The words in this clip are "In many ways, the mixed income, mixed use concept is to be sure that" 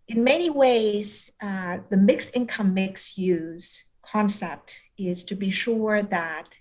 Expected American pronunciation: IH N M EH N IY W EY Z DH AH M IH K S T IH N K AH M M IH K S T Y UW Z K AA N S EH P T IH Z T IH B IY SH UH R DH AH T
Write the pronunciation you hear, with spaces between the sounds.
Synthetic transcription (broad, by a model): IH N M EH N IY W EY Z DH AH M IH K S IH N K AH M M IH K S Y UW Z K AA N S EH P T IH Z T IH B IY SH UH R DH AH T